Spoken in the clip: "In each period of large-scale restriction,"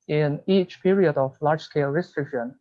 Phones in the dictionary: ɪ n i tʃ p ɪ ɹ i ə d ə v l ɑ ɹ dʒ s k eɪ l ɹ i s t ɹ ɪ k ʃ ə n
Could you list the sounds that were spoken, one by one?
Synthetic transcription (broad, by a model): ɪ n i tʃ p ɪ ɹ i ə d ə v l ɑ ɹ dʒ s k eɪ l ɹ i s t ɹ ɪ k ʃ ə n